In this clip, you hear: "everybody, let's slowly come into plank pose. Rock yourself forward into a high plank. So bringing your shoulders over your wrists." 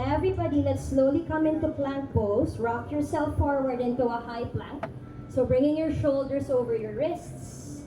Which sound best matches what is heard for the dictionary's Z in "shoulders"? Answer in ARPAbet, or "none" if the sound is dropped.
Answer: S